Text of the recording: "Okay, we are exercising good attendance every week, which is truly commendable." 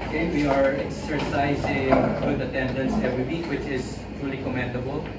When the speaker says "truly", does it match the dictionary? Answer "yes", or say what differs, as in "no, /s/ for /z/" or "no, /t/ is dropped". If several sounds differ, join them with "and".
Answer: yes